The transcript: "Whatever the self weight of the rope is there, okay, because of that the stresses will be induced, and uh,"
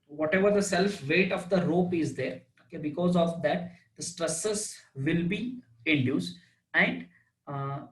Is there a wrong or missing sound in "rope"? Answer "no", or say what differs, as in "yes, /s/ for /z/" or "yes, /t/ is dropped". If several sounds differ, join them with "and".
no